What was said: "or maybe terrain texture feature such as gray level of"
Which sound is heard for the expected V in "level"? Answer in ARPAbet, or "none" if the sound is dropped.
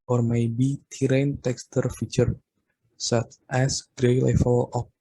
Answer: F